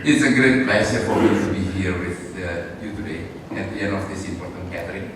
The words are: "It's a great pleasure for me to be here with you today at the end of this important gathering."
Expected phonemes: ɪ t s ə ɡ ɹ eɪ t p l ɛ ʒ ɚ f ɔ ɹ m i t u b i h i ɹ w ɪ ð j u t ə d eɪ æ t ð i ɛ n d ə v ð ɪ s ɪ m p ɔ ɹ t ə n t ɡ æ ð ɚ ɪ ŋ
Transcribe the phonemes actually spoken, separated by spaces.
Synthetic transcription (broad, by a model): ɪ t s ə ɡ ɹ eɪ t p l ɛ s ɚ f ɔ ɹ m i t u b i h i ɹ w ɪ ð j u t ə d eɪ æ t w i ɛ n ə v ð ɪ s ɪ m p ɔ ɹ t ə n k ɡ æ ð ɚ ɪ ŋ